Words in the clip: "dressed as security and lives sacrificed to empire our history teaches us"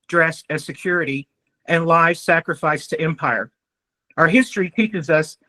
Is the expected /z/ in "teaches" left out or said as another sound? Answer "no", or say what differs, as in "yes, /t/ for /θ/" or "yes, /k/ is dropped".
no